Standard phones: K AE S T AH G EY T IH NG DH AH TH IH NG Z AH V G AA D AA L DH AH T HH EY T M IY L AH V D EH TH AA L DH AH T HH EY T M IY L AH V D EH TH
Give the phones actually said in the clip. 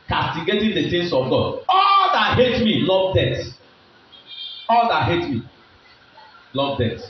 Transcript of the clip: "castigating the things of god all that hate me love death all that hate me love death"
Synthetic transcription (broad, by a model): K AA S T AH G EY T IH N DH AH S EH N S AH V G AA D AA L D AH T HH EY T M IY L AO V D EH T AA L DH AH T HH EY T M IY L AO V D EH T